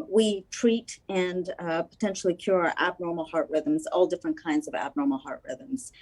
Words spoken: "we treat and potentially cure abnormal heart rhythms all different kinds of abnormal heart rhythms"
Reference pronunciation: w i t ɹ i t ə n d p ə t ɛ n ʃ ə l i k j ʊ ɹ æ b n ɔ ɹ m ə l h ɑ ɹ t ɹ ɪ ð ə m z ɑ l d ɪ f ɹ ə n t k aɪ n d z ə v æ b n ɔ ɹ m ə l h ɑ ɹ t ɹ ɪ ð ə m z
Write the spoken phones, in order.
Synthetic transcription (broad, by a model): w i t ɹ i t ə n p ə t ɛ n ʃ l i k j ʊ ɹ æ b n ɔ ɹ m l h ɑ ɹ t ɹ ɪ ð ə m z ɑ l d ɪ f ɹ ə n k aɪ n d z ə v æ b n ɔ ɹ m l h ɑ ɹ t ɹ ɪ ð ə m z